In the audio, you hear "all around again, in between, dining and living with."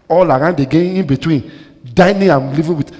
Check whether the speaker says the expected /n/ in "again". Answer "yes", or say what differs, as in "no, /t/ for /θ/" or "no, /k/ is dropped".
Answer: no, /n/ is dropped